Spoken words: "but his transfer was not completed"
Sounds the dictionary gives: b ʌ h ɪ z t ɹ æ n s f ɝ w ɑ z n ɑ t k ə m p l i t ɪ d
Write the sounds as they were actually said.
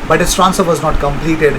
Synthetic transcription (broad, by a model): b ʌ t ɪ s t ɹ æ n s ɝ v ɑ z n ɑ t k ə m p l i t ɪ d